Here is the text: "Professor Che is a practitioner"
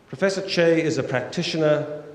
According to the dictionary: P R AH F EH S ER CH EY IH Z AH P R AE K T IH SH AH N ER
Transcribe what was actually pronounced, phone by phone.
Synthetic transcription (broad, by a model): P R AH F EH S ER CH EY IH Z AH P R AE K T IH SH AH N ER